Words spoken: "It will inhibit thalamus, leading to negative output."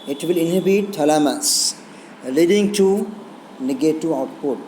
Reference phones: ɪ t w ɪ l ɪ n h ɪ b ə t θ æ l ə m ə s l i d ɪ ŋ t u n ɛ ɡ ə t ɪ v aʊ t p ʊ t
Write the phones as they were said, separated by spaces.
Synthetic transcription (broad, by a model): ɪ t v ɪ l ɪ n h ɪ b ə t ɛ l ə m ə s l i d ɪ ŋ t u n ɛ ɡ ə t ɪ aʊ t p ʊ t